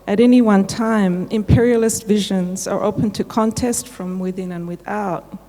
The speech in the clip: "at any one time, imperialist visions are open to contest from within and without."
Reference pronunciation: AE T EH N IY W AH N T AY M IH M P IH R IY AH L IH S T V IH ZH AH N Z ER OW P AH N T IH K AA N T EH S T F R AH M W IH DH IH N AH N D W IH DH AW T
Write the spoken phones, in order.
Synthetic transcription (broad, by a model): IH T EH N IY W AH N T AY M IH M P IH R IY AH L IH S T V IH ZH AH N Z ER OW P AH N T IH K AA N T EH S T F R AH M W IH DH IH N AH N W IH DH AW T